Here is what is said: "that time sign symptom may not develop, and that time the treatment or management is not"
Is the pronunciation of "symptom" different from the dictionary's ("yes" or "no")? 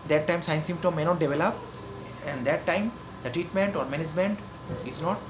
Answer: yes